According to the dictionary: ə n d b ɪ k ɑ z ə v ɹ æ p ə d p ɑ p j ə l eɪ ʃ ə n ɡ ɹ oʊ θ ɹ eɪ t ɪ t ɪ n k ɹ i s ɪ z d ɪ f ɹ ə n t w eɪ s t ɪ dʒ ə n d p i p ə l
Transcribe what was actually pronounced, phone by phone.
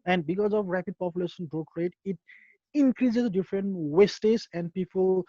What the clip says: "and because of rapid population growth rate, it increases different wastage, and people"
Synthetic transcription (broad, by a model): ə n d b ɪ k ɑ z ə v ɹ æ p ə d p ɑ p j ə l eɪ ʃ ə n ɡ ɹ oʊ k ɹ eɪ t ɪ t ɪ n k ɹ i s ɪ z d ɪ f ɹ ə n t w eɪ s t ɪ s ə n d p i p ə l